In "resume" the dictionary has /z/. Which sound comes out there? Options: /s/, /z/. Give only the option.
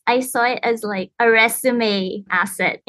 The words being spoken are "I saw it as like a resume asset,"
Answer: /s/